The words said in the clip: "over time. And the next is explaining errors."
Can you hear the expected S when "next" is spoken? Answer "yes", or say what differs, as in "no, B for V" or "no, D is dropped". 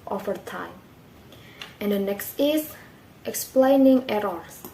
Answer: yes